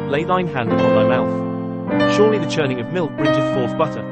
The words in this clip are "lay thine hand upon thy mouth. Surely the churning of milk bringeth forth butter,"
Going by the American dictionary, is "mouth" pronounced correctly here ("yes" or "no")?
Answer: yes